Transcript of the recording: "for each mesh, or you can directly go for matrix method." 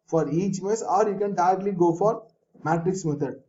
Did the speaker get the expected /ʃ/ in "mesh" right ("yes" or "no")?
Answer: no